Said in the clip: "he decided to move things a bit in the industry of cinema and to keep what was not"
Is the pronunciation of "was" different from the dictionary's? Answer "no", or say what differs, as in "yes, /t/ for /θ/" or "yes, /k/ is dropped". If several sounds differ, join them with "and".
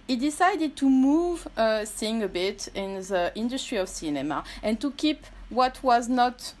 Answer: no